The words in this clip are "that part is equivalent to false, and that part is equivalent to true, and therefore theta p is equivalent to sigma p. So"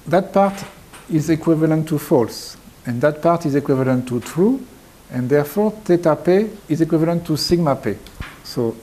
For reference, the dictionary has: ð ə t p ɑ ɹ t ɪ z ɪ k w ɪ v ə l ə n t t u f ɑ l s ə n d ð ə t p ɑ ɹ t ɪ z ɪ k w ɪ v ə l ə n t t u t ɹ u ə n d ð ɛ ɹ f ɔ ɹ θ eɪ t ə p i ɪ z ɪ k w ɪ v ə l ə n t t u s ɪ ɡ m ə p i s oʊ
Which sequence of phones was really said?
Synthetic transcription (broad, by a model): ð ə t p ɑ ɹ t ɪ z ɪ k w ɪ v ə l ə n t t u f ɑ l s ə n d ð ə t p ɑ ɹ t ɪ z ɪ k w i v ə l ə n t t u t ɹ u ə n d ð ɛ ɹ f ɔ ɹ t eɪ t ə p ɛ ɪ z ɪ k w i v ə l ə n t t u s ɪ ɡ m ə p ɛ s oʊ